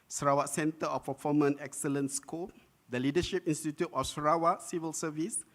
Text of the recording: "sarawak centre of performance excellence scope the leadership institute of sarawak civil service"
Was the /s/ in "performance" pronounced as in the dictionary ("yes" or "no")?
no